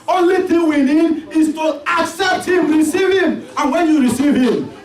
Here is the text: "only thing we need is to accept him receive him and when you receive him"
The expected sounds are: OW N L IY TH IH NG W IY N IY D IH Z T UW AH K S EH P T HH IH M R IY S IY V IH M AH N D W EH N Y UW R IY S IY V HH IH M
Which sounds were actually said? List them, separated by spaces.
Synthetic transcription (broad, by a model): OW N L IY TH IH NG W IY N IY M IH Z T UW AH K S EH P T HH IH M R IY S IY V IH M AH N W EH N Y UW R IY S IY V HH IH M